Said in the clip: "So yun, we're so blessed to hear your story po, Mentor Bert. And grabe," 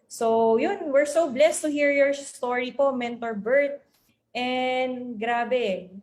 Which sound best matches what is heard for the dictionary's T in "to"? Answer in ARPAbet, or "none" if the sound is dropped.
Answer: T